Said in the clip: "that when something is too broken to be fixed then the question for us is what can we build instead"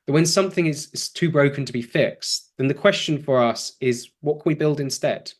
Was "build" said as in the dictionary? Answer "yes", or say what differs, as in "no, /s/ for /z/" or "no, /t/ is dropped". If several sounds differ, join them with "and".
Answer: yes